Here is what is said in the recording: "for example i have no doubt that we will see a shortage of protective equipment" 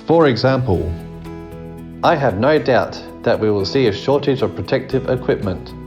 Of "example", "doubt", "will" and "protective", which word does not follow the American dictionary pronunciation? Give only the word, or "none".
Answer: none